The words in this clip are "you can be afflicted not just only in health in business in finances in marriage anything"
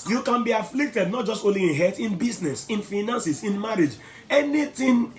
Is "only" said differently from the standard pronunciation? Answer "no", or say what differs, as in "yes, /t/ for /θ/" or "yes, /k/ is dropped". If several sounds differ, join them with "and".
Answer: yes, /n/ is dropped